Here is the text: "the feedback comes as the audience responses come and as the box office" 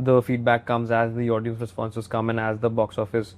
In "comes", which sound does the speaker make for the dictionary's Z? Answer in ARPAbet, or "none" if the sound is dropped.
Z